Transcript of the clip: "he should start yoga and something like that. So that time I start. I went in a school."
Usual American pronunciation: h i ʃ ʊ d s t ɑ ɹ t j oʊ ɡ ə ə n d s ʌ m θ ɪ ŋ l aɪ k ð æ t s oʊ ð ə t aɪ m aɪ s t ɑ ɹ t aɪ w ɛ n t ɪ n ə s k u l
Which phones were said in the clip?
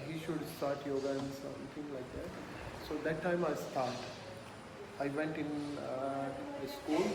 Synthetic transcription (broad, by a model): h i ʃ ʊ d s t ɑ ɹ t j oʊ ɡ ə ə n s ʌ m t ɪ ŋ l aɪ k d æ t s oʊ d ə t aɪ m aɪ s t ɑ ɹ t aɪ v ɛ n t ɪ n ə s k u l